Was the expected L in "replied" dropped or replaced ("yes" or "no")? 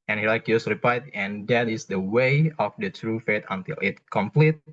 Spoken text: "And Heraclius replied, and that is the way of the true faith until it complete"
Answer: yes